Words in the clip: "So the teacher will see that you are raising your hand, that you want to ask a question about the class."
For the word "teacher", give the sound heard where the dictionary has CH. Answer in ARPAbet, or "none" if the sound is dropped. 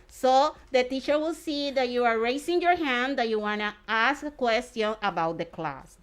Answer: CH